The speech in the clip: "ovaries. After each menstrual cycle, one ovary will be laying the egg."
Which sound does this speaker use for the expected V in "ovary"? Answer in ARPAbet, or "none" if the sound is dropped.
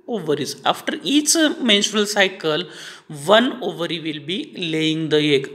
V